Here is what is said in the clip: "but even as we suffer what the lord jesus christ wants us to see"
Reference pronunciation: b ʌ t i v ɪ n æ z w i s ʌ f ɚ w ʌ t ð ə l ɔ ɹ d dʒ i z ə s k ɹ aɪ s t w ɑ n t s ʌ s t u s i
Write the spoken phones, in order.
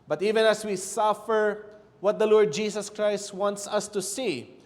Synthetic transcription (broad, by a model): b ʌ t i v ɪ n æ s w i s ʌ f ɚ w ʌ t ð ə l ɔ ɹ d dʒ i s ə s k ɹ aɪ s t w ɑ n t s ʌ s t u s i